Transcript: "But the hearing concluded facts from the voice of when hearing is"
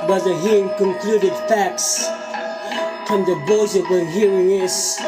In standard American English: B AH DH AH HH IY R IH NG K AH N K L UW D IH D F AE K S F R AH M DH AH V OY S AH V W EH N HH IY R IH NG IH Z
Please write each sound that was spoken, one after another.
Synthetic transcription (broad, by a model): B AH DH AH HH IY R IH NG K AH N K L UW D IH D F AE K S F R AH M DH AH B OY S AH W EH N HH IY R IH NG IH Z